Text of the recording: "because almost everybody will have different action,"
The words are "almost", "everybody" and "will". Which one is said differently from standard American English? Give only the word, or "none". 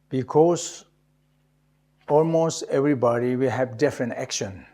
none